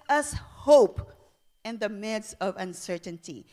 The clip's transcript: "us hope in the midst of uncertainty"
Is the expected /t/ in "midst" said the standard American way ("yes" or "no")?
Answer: no